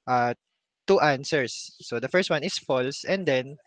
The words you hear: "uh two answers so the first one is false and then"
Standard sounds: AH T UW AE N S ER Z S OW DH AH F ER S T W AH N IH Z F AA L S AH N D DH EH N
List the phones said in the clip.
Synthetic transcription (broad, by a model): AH T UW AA N S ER S OW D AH F ER S T W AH N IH S F AA L S AH N D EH N